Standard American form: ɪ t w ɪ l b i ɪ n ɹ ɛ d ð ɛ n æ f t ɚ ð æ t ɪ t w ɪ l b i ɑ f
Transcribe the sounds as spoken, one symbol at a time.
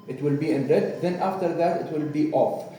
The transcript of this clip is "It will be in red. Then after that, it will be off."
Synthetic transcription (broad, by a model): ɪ t w ɪ l b i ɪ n l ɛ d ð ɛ n æ f t ɚ ð æ t ɪ t w ɪ l b i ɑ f